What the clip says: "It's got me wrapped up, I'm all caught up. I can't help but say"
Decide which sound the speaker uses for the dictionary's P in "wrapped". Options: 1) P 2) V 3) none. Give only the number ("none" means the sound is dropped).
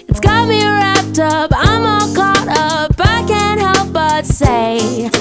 1